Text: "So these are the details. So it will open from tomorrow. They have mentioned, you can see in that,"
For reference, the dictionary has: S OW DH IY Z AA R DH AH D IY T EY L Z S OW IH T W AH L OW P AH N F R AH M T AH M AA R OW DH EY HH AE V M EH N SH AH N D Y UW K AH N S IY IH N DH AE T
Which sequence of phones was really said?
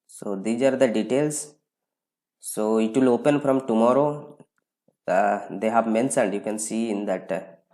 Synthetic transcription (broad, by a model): S OW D IY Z AA R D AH D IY T EY L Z S OW IH T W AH L OW P AH N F R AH M T AH M AA R OW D EY HH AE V M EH N S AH N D Y UW K AH N S IY IH N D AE T